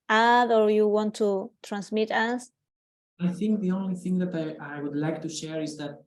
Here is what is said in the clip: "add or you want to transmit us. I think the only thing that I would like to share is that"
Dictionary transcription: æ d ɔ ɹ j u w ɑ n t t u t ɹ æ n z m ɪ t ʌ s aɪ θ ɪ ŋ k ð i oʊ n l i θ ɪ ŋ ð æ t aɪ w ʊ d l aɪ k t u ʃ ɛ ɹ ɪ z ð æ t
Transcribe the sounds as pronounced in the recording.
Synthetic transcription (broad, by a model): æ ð ɔ ɹ j u w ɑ n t t u t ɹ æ n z m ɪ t ʌ s aɪ θ ɪ ŋ k ð i oʊ n l i θ ɪ ŋ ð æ t aɪ w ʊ d l aɪ k t u ʃ ɛ ɹ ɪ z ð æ t